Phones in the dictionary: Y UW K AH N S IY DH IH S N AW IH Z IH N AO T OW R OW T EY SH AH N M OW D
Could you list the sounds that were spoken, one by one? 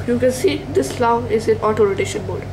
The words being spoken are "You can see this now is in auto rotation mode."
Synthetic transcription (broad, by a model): Y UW K AH N S IY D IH S L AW IH Z IH N AO T OW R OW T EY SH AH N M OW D